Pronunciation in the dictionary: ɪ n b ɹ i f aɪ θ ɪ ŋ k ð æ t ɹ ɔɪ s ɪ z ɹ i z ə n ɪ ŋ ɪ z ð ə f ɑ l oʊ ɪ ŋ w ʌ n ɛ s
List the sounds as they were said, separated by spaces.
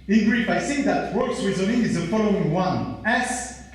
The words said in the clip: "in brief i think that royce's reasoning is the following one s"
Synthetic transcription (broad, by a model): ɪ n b ɹ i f aɪ s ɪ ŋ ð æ t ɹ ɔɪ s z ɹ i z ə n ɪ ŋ ɪ z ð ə f ɑ l oʊ ɪ ŋ w ʌ n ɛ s